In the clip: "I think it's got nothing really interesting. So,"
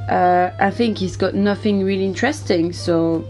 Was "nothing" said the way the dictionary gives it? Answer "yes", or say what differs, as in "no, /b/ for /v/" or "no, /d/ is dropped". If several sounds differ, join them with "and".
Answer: yes